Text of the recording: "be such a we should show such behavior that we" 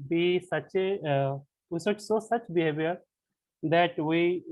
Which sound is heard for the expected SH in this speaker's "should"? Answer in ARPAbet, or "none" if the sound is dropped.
S